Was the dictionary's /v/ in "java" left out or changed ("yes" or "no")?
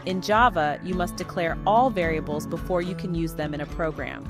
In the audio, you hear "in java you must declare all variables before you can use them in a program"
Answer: no